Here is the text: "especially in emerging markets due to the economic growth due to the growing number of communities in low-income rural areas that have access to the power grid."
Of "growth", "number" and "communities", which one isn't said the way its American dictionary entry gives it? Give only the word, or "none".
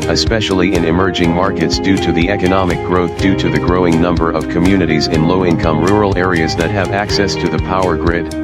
none